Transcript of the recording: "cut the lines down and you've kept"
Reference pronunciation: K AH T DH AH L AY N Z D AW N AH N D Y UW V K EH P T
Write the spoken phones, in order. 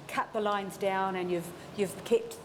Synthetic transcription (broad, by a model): K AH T DH AH L AY N Z D AW N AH N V Y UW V K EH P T